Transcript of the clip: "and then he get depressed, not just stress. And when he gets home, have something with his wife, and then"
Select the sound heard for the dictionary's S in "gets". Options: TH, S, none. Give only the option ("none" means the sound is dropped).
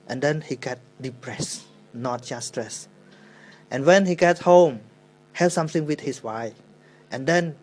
none